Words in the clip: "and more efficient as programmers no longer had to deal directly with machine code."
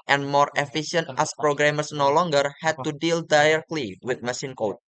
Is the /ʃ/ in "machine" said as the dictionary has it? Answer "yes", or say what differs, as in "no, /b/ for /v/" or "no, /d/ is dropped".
no, /s/ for /ʃ/